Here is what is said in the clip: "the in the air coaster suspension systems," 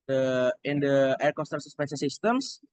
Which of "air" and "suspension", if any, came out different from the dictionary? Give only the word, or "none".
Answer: suspension